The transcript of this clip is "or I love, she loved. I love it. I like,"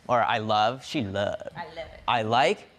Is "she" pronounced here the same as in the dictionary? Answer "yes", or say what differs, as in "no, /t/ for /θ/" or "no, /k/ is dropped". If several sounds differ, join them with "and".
yes